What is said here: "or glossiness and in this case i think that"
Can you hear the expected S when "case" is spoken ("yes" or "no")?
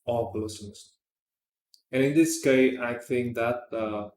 no